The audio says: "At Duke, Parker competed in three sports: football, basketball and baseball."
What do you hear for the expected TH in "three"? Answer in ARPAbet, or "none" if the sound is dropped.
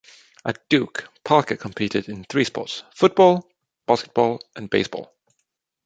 TH